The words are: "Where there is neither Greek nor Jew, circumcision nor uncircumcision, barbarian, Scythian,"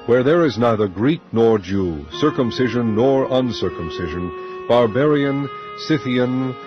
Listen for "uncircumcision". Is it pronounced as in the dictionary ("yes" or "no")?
yes